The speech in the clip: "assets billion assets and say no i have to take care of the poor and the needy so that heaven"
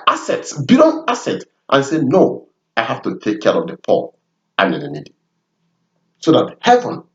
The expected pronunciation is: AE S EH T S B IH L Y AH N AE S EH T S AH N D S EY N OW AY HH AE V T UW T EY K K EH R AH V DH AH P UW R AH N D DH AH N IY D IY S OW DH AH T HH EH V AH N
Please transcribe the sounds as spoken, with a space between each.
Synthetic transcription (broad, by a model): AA S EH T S B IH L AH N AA S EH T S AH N S EY N OW AY HH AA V T UW T EY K K EH R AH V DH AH P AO L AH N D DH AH N IY D IY S OW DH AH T HH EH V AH N